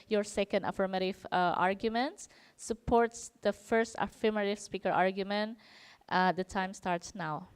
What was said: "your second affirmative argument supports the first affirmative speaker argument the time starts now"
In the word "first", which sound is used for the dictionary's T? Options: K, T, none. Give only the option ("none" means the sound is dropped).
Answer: T